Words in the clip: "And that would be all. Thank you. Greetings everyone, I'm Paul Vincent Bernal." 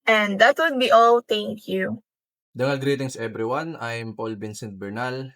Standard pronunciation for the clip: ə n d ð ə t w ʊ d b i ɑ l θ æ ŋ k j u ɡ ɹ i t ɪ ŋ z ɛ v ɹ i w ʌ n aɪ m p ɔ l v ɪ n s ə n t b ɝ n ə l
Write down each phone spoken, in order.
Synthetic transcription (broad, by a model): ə n d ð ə t w ʊ d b i ɑ l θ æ ŋ k j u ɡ ɹ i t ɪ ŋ s ɛ b ɹ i w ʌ n aɪ m p ɔ l b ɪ n s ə n t b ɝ n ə l